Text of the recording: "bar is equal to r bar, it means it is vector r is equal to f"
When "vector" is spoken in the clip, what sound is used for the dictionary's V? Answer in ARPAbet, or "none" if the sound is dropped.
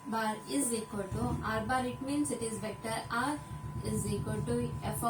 B